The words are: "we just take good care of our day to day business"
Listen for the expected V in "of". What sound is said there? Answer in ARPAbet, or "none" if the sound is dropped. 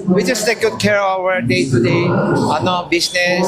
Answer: W